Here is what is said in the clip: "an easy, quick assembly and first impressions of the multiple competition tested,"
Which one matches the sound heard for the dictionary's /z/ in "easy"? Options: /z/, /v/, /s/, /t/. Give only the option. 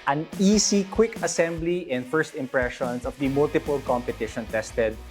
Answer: /s/